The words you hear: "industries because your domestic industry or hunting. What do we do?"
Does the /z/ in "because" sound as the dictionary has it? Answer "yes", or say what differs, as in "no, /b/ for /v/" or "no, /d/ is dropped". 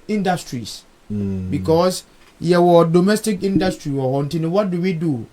no, /s/ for /z/